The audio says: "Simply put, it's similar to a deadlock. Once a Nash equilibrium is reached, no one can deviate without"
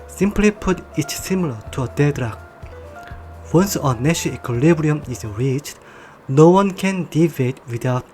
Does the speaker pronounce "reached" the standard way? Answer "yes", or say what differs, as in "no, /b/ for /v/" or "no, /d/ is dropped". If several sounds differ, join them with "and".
yes